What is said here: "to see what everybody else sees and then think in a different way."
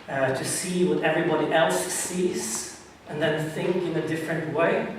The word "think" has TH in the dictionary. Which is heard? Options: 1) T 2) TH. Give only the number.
2